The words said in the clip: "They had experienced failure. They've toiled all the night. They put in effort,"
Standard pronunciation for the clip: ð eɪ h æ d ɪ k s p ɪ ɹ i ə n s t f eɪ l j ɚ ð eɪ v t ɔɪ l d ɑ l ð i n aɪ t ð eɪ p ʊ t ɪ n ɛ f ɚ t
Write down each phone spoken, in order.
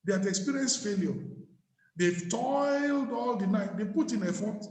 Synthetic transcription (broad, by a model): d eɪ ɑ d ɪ k s p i ɹ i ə n s f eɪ l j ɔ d eɪ t ɔɪ l d ɑ l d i n aɪ t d eɪ p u t ɪ n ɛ f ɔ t